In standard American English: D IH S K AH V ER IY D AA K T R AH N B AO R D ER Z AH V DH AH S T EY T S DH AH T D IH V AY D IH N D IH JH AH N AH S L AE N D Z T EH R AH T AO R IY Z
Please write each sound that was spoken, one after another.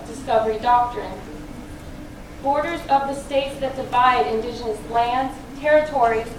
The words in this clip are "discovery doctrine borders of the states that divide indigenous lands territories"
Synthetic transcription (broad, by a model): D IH S K AH V ER IY D AA K T R AH N B AO R D ER Z AH V DH AH S T EY T S DH AH T D IH V AY D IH N D IH JH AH N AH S L AE N D Z T EH R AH T AO R IY